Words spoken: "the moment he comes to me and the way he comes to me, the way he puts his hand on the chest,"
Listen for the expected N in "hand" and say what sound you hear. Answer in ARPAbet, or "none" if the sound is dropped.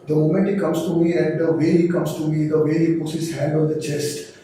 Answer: none